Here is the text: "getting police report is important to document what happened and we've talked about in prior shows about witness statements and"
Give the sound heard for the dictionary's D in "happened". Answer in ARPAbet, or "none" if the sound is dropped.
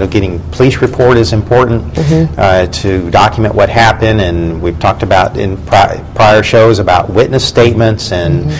D